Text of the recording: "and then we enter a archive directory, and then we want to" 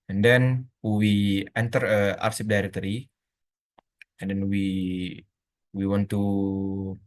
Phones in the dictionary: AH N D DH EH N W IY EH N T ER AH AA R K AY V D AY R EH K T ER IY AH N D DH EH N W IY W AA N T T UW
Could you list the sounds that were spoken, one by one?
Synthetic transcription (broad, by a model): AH N D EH N W IY EH N T ER AH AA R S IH P D AY R EH K T ER IY AH N D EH N W IY W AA N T T UW